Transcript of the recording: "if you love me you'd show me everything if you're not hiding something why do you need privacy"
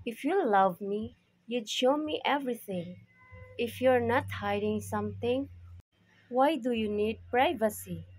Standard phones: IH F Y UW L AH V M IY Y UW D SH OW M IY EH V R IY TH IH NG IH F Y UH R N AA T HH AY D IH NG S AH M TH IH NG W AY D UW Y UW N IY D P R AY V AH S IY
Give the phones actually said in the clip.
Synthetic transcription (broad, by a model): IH F Y UW L AH V M IY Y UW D SH OW M IY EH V R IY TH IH NG IH F Y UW R N AA T HH AY D IH NG S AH M T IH NG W AY D UW Y UW N IY D P R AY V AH S IY